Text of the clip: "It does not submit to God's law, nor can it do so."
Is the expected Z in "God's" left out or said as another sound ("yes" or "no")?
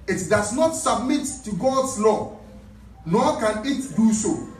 yes